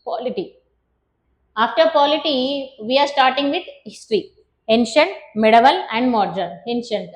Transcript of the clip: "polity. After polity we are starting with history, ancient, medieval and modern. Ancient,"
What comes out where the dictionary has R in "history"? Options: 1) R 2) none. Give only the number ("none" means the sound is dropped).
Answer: 1